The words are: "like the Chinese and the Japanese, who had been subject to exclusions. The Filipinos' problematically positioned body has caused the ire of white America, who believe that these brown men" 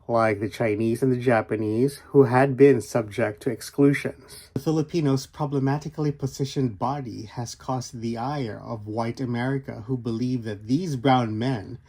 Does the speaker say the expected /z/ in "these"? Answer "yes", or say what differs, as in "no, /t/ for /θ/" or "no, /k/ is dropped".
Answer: yes